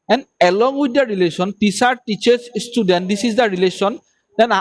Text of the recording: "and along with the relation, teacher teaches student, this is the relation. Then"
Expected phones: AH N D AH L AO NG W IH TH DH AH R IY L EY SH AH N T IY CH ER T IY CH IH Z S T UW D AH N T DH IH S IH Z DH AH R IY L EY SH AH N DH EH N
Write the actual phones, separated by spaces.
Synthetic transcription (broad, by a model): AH N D AH L AO NG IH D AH R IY L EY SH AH N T IY S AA T IY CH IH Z S T UW D AH N T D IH S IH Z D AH R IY L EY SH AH N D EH N